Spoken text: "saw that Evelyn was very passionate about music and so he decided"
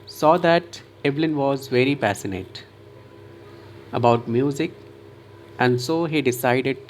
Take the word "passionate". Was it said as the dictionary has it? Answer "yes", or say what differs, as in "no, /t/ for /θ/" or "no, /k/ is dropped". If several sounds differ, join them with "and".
no, /s/ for /ʃ/